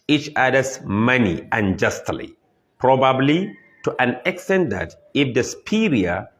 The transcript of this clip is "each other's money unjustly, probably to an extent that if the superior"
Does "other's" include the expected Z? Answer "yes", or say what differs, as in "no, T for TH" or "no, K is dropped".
no, S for Z